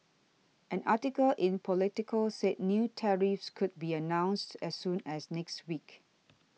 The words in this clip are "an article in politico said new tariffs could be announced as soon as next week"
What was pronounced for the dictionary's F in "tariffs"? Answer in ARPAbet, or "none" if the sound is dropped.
F